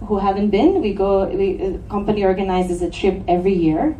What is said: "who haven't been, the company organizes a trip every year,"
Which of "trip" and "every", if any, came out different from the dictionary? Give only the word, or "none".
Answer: none